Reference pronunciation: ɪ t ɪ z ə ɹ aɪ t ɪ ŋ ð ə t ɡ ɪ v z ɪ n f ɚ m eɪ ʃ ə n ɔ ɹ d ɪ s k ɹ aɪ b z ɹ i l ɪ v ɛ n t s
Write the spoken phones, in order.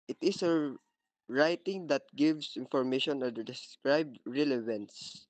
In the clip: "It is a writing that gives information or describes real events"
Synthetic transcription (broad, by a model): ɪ t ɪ s ə ɹ aɪ t ɪ ŋ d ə t ɡ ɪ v s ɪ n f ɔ m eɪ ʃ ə n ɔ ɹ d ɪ s k ɹ aɪ b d ɹ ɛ l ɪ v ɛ n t s